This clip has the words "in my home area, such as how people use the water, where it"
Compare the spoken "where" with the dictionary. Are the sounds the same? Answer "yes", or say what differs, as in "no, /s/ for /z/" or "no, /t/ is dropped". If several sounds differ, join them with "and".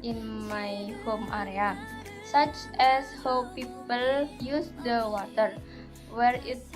yes